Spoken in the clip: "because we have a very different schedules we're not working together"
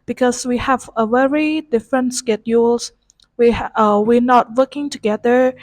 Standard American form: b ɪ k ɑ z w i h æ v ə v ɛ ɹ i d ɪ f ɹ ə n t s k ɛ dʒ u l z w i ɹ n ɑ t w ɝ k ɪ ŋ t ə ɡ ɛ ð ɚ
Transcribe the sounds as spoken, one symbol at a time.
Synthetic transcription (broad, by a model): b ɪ k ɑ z w i h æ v ə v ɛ ɹ i d ɪ f ɹ ə n t s k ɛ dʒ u l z w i w n ɑ t w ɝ k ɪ ŋ t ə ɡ ɛ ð ɚ